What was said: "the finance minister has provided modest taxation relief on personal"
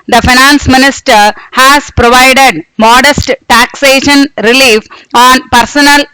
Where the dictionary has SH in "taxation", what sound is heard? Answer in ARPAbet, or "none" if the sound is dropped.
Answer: SH